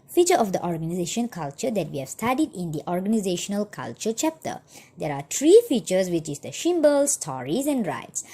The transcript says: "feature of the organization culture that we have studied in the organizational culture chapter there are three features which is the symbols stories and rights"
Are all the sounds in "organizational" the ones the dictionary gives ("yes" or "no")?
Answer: yes